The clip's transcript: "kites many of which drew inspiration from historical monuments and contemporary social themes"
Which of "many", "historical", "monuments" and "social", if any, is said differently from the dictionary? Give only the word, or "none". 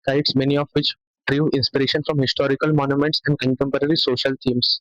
none